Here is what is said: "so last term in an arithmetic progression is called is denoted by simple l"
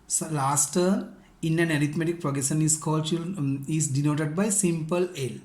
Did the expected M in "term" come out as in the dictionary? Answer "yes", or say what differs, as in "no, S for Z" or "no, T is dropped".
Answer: no, M is dropped